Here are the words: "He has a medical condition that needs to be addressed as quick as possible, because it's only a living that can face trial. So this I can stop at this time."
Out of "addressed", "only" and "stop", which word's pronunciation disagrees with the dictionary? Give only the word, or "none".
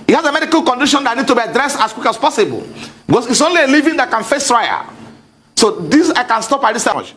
none